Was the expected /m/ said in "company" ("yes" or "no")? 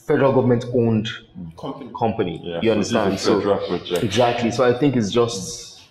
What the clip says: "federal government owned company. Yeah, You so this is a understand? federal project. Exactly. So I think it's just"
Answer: yes